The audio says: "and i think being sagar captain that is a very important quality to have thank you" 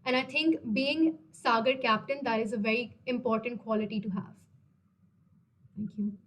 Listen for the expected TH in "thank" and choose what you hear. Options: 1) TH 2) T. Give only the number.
2